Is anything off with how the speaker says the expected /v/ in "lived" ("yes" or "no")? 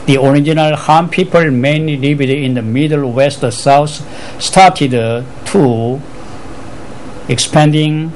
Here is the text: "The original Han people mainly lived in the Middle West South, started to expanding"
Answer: yes